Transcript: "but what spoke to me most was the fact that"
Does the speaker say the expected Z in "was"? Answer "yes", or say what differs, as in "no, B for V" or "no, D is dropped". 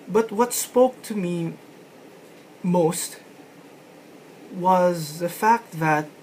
yes